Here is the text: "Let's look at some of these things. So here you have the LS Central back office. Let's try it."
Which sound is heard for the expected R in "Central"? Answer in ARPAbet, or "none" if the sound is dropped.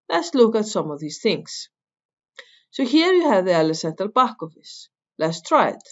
none